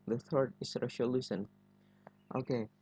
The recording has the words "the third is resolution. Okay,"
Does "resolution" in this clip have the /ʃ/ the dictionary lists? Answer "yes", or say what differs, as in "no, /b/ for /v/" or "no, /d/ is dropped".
no, /s/ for /ʃ/